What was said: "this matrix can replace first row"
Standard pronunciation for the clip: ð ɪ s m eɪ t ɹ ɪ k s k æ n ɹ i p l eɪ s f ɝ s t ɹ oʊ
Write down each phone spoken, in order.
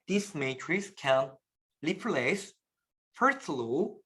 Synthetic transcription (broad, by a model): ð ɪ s m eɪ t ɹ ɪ s k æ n l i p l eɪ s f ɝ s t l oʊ